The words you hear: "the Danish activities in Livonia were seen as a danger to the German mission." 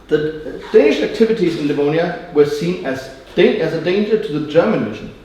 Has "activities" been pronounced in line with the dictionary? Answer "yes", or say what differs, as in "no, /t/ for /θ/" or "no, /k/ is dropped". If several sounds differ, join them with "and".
yes